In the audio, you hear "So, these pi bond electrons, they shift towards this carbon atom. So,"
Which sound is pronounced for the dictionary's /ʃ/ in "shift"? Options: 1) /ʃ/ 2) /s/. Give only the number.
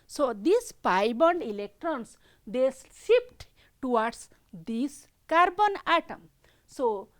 2